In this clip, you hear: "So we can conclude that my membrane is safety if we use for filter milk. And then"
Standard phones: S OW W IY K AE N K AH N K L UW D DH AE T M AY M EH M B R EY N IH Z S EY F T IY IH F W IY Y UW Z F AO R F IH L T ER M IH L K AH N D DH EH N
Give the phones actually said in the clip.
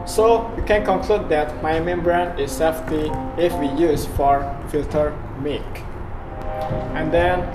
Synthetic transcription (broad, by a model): S OW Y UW K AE N K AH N K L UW D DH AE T M AY M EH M B R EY N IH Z S EY F T IY IH F W IY Y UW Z F AO R F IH L T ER M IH K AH N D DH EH N